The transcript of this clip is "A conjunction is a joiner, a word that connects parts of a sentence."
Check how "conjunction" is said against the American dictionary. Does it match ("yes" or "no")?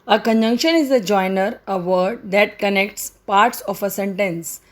yes